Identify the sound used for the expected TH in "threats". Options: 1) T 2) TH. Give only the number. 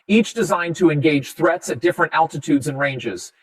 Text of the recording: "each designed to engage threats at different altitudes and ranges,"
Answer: 2